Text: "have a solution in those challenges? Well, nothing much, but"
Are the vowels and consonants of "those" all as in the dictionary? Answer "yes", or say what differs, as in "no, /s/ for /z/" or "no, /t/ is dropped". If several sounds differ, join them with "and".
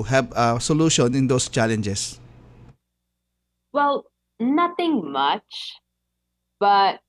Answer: no, /s/ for /z/